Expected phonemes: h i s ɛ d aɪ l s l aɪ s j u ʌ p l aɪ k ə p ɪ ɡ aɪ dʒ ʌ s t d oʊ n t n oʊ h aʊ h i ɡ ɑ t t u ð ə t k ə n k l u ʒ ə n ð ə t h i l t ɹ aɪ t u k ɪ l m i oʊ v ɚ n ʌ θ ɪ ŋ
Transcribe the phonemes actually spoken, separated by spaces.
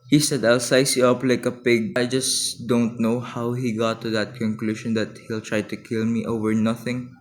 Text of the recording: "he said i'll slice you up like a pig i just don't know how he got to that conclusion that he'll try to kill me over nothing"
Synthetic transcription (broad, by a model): h i s ɛ d aɪ l s aɪ s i ʌ p l aɪ k ə p ɪ ɡ aɪ dʒ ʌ s d oʊ n t n oʊ h aʊ h i ɡ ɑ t t u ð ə t k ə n k l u ʃ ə n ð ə t h i l t ɹ aɪ t u k ɪ l m i oʊ v ɚ n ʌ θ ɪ ŋ